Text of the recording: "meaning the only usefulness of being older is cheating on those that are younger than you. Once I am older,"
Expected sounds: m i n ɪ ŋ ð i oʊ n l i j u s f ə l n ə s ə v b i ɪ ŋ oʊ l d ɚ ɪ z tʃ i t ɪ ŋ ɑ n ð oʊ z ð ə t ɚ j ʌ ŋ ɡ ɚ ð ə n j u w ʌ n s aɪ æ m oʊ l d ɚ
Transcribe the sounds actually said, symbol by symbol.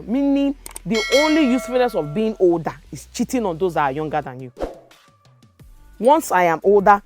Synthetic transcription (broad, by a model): m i n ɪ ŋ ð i oʊ n l i j u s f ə n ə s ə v b i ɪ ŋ oʊ l d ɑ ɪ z tʃ i t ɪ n ɑ n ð oʊ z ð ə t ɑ j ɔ ŋ ɡ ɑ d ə n j u w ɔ n s aɪ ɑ m oʊ l d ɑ